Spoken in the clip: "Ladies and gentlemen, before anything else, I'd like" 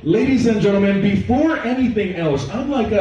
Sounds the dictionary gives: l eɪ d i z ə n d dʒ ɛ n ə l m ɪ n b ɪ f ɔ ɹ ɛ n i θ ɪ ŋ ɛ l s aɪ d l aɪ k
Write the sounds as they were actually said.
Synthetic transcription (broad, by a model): l eɪ d i z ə n dʒ ɛ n l m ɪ n b ɪ f ɔ ɹ ɛ n i θ ɪ ŋ ɛ l s aɪ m l aɪ k